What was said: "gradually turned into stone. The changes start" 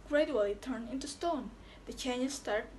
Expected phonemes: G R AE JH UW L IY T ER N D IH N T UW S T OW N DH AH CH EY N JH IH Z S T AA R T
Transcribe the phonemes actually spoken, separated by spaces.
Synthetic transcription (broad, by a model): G R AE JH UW L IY T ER N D IH N T UW S T OW N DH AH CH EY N IH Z S T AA R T